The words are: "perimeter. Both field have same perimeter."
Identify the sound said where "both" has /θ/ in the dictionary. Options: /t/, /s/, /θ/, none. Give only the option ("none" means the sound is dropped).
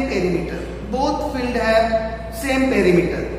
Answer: /t/